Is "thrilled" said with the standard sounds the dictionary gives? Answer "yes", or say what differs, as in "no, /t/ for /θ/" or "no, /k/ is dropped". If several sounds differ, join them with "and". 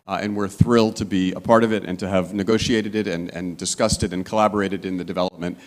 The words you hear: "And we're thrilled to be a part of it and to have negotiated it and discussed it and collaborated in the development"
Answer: yes